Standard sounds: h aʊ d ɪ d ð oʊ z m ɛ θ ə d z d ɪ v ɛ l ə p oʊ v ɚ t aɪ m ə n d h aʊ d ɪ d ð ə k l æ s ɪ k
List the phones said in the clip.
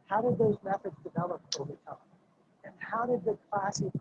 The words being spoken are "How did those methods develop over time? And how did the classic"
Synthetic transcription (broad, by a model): h aʊ d ɪ d ð oʊ z m ɛ θ ə d z d ɪ v ɛ l ə p oʊ v ɚ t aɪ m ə n h aʊ d ɪ d ð ə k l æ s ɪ